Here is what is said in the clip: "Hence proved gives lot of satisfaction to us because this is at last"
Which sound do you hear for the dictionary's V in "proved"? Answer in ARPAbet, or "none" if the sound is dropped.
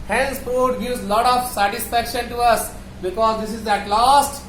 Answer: none